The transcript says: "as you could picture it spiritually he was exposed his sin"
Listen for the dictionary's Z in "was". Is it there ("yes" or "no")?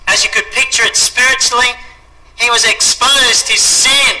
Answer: yes